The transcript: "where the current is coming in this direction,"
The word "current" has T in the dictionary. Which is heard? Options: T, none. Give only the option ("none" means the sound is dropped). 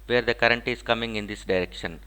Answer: T